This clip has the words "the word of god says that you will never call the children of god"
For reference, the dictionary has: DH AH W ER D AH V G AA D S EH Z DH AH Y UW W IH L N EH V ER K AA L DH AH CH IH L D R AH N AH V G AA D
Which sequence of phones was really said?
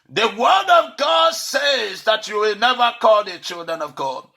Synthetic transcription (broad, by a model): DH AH W ER D AH V G AA D S EH Z DH AH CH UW W IH L N EH V ER K AA L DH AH CH IH L D R AH N AH V G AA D